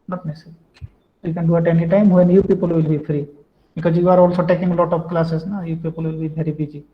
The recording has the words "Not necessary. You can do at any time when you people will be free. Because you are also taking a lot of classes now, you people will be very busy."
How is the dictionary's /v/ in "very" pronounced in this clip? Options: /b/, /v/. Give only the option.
/b/